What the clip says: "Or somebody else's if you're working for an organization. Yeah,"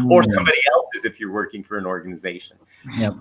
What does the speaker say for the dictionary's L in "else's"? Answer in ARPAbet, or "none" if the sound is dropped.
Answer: L